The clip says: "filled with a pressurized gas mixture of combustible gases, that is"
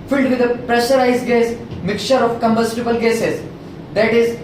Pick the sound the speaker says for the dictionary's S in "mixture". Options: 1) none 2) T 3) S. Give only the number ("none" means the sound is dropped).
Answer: 1